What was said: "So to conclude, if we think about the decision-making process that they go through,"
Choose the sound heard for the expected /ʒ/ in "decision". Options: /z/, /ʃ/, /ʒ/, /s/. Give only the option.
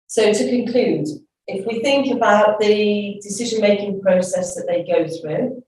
/ʒ/